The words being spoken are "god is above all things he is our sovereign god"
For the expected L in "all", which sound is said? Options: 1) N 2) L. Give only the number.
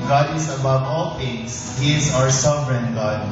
2